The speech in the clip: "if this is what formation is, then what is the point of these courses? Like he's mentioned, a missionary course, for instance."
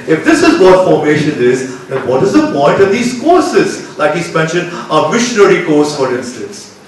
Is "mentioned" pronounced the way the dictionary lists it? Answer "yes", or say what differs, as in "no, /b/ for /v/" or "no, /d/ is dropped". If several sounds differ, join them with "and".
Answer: no, /d/ is dropped